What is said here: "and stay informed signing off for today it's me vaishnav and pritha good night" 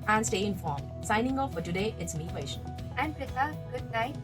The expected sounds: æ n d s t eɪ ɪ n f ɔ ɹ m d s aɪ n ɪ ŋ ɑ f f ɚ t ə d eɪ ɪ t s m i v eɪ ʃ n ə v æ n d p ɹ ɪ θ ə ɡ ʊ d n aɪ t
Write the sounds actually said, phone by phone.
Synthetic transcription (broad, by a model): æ n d s t eɪ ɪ n f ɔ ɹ m s aɪ n ɪ ŋ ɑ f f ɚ t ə d eɪ ɪ t s m i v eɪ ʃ ə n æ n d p ɪ s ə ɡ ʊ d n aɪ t